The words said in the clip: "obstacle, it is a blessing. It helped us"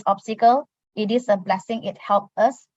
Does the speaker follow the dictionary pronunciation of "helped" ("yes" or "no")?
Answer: no